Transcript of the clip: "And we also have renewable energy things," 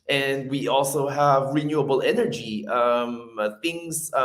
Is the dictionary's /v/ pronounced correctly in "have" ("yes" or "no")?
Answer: yes